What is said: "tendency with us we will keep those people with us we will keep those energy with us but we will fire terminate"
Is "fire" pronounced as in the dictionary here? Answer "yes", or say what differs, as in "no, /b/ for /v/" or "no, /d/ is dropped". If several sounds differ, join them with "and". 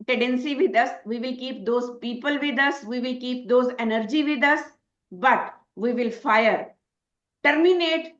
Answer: yes